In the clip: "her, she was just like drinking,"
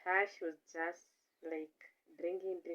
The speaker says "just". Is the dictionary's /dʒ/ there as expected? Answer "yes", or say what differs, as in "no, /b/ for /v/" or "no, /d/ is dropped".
yes